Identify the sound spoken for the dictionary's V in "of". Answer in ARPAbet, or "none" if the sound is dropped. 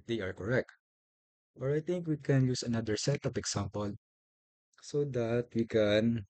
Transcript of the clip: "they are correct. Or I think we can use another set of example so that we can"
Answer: P